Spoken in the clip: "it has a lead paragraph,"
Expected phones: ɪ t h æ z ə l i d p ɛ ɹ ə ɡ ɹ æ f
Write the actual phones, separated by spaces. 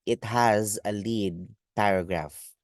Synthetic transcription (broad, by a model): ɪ t h æ z ə l i d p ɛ ɹ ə ɡ ɹ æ f